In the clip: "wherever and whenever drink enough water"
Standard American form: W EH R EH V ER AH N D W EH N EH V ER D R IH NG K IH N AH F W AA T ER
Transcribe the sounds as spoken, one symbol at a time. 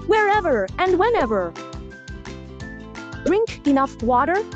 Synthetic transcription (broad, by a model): W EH R EH V ER AH N D W EH N EH V ER D R IH NG K IH N AH F W AA T ER